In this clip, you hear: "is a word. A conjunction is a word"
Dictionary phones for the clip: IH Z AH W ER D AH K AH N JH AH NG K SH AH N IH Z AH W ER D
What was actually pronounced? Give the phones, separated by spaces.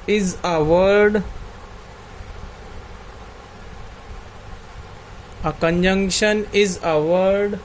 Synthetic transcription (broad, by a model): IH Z AH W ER D AH K AH N JH AH NG K SH AH N IH Z AH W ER D